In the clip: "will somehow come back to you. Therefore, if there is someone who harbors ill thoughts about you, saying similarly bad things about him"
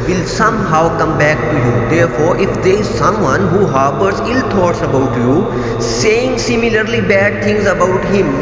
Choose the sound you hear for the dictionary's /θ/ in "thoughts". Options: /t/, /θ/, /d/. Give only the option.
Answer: /t/